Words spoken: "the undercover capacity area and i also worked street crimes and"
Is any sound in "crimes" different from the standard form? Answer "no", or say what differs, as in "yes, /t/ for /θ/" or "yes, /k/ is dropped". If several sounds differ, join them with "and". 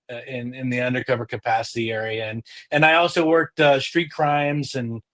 no